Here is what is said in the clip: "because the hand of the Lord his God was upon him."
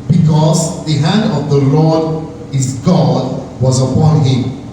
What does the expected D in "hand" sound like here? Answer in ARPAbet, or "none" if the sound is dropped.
D